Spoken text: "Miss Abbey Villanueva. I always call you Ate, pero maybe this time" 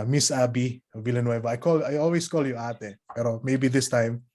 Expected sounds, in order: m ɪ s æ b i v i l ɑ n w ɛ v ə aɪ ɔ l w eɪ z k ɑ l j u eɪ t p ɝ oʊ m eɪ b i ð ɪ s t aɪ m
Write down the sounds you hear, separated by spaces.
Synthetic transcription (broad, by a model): m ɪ s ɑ b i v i l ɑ n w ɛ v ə aɪ ɔ l w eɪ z k ɑ l j u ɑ t p ɝ oʊ m eɪ b i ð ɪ s t aɪ m